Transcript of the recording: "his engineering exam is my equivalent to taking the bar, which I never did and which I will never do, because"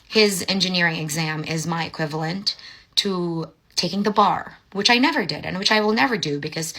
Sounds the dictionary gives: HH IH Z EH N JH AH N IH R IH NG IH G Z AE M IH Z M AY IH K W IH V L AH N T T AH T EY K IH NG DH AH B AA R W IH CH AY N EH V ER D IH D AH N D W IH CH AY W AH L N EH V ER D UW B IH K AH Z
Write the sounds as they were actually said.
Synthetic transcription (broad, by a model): HH IH Z EH N JH AH N IH R IH NG IH G Z AE M IH Z M AY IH K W IH V L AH N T T AH T EY K IH NG DH AH B AA R W IH CH AY N EH V ER D IH D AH N W IH CH AY W AH L N EH V ER D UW B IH K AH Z